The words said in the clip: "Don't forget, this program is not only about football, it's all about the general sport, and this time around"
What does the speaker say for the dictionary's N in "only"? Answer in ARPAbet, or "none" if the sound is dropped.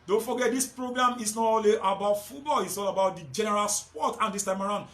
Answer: none